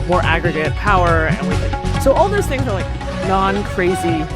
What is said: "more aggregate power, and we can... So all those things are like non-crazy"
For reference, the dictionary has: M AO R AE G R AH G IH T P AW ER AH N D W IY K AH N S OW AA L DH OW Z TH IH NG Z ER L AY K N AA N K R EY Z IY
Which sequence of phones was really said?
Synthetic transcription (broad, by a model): M AO R AE G R AH G IH T P AW ER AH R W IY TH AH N S OW AA L DH OW Z TH IH NG Z ER L AY K N AA N K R EY Z IY